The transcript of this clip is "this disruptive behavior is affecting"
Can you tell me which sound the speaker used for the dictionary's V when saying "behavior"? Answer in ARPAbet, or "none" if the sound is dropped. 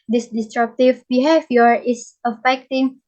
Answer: F